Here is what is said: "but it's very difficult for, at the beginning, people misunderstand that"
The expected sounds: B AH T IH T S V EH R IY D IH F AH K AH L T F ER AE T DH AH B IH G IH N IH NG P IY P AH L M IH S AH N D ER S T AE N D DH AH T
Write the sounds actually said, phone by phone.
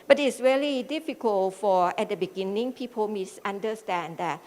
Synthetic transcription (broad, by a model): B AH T IH T S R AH L IY D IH F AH K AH L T F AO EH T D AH B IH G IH N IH NG P IY P AH L M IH S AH N D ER S T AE N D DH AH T